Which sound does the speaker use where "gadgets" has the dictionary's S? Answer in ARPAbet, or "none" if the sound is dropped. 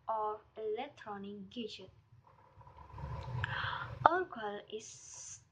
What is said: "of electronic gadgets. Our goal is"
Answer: none